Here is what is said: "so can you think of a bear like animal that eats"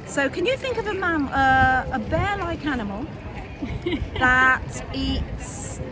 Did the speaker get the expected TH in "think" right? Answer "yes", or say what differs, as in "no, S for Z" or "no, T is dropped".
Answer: yes